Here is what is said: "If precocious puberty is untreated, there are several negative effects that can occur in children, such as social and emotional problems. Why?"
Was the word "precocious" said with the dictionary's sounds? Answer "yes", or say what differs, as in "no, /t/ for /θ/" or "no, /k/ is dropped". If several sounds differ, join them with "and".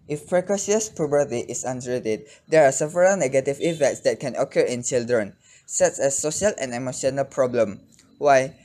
no, /s/ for /ʃ/